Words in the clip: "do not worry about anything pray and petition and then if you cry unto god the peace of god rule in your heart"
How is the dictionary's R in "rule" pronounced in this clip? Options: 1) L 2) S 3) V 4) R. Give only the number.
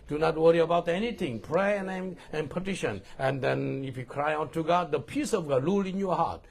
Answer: 1